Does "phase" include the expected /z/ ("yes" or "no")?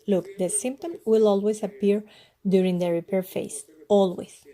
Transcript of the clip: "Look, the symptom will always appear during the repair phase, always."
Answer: no